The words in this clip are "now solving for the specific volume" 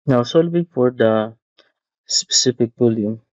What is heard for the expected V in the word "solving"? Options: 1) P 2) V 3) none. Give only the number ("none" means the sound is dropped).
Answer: 1